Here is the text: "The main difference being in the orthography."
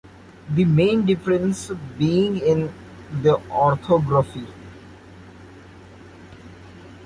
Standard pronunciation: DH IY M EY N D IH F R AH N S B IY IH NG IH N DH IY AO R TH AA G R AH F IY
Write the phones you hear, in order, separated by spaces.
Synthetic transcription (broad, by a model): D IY M EY N D IH F R AH N S B IY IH NG IH N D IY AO R T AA G R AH F IY